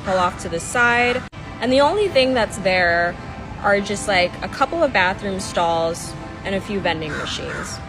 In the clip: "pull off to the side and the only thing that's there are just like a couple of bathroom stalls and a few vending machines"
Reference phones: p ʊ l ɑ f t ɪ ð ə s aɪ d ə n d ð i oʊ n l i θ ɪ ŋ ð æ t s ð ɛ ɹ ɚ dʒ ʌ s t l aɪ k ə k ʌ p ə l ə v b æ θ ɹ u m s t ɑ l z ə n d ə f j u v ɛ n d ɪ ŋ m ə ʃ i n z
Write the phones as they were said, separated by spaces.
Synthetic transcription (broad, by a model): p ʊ l ɑ f t ɪ ð ə s aɪ d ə n ð i oʊ n l i θ ɪ ŋ ð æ t s ð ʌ ɹ ɚ dʒ ʌ s t l aɪ k ə k ʌ p l ə v b æ θ ɹ u m s t ɑ l z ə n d ə f j u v ɛ n d ɪ ŋ m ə ʃ i n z